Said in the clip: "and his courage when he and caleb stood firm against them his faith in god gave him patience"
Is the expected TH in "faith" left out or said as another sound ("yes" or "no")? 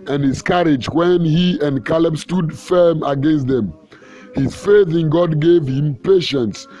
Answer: no